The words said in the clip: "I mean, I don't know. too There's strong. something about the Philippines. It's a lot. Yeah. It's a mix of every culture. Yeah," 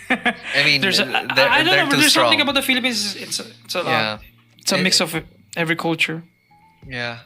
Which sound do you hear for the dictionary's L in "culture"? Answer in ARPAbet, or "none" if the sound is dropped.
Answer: L